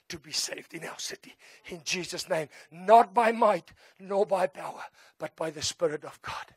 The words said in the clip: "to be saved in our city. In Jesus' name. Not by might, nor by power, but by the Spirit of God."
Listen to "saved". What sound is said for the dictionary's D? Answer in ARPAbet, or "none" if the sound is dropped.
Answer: D